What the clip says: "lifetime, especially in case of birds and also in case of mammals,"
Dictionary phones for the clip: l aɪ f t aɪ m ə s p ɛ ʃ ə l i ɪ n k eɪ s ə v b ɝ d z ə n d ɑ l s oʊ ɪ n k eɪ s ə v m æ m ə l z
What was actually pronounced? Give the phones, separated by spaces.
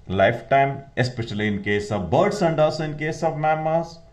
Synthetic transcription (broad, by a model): l aɪ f t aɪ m ə s p ɛ ʃ ə l i ɪ n k eɪ s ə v b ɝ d s ə n d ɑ s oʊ ɪ n k eɪ s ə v m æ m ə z